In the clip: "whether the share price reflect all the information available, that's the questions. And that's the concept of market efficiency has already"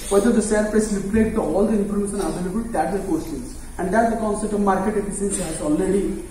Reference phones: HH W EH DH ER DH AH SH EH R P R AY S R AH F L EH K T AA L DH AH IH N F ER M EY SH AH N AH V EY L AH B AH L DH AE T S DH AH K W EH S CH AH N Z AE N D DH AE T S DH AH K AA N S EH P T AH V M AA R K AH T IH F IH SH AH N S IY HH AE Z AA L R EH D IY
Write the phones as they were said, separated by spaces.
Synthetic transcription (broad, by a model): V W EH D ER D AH S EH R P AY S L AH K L EH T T AA L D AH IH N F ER M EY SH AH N AH V EY L AH B AH L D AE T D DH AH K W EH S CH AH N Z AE N D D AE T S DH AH K AA N S EH P T AH V M AA R K AH T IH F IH S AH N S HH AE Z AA L R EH D IY